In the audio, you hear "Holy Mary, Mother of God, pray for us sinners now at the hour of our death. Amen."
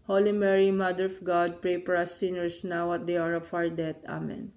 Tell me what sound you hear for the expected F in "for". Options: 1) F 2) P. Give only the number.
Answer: 2